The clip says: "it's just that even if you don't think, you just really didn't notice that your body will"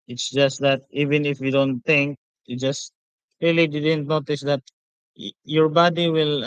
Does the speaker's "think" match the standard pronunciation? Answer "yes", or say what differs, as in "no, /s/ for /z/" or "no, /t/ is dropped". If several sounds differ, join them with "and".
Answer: no, /t/ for /θ/